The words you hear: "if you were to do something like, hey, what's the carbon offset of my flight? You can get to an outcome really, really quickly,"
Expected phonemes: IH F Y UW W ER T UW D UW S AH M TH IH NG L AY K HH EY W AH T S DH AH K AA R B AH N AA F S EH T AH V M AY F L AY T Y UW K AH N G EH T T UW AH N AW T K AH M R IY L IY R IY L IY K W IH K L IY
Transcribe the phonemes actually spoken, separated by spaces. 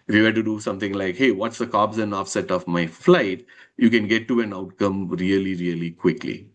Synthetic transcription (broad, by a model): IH F Y UW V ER T UW D UW S AH M T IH NG L AY K HH EY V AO T S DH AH K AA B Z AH N AA F S EH T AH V M AY F L AY T Y UW K AH N G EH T T UW AH N AW T K AH M R IY L IY R IY L IY K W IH K L IY